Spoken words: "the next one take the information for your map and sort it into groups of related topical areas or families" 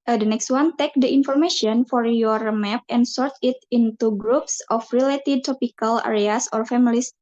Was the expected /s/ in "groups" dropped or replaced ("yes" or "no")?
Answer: no